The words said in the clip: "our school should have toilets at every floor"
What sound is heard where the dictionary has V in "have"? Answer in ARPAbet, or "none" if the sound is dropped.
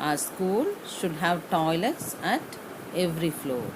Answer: V